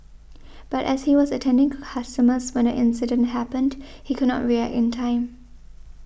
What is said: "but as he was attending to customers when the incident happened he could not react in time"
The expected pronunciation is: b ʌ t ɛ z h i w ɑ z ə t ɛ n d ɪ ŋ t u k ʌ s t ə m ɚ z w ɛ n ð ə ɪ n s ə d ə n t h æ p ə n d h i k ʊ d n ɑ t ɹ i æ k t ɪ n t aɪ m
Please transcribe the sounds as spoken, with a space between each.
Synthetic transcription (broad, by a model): b ʌ t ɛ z h i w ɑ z ə t ɛ n d ɪ ŋ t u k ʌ s t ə m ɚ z w ɛ n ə ɪ n s ə d ə n t h æ p ə n d h i k ʊ d n ɑ t ɹ i æ k t ɪ n t aɪ m